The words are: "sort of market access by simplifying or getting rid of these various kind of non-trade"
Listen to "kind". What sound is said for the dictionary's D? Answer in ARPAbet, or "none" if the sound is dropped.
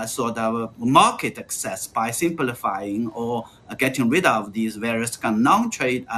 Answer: none